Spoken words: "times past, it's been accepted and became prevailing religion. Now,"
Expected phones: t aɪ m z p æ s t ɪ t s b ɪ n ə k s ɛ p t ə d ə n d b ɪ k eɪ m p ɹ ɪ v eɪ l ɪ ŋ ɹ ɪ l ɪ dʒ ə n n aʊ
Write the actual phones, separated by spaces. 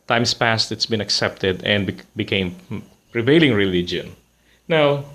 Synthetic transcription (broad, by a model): t aɪ m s p æ s t ɪ t s b ɪ n ə k s ɛ p t ə d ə n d b ɪ k eɪ m p ɹ ɪ v eɪ l ɪ ŋ ɹ ɪ l ɪ dʒ ə n n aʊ